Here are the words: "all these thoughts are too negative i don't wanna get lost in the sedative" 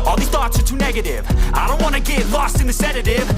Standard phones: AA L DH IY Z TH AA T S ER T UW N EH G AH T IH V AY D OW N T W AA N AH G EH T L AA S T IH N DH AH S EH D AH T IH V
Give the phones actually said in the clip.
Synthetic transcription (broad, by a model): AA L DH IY TH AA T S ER T UW N EH G AH T IH V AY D OW N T W AA N AH G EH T L AA S T IH N DH AH S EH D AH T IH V